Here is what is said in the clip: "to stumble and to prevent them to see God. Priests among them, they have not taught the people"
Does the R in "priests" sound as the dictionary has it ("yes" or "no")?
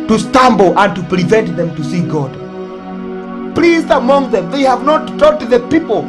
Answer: no